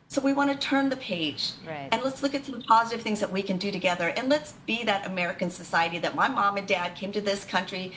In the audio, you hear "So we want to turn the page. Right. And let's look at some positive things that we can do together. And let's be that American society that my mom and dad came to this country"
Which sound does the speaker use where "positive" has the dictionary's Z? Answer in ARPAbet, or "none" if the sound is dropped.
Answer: Z